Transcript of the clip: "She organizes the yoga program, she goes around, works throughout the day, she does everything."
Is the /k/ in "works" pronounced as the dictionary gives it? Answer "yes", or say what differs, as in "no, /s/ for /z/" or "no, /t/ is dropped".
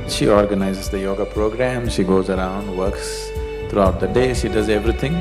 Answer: yes